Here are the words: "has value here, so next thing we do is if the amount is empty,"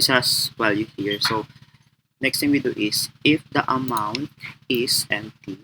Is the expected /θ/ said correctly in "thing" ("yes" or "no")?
no